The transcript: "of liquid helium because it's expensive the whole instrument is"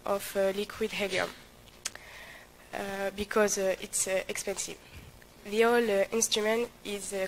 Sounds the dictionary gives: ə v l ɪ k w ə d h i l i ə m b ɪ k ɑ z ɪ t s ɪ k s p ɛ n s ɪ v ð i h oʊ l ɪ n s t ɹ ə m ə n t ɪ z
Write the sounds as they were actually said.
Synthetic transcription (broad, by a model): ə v l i k w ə d h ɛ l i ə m b ɪ k ɑ z ɪ t s ɪ k s p ɛ n s ɪ v ð i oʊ l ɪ n s t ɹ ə m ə n t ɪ z